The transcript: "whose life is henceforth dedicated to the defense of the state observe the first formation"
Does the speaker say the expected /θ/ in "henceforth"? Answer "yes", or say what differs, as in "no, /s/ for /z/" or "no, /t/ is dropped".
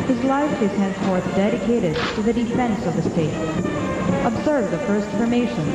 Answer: yes